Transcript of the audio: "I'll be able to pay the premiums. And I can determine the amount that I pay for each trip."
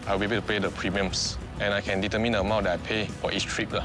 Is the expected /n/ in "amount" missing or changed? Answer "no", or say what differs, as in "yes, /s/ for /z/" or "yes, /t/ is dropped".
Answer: yes, /n/ is dropped